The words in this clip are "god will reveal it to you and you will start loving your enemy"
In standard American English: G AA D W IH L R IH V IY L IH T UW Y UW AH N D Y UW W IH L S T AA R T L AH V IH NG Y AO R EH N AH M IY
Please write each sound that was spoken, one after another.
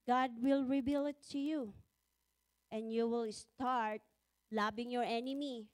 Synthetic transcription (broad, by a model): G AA D W IH L R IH B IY L IH T UW Y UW AH N D Y UW W IH L S T AA R T L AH B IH NG Y AO R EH N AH M IY